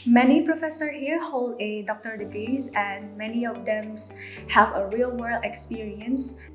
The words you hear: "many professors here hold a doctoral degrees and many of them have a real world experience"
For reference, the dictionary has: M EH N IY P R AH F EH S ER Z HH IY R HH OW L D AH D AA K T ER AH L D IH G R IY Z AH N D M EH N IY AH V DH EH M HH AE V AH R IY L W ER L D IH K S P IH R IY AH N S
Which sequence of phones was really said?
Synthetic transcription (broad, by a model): M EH N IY P R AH F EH S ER HH IY R HH OW L D AH D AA K T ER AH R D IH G R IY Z AH N D M EH N IY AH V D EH M HH AE V AH R IY L W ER L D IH K S P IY R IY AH N S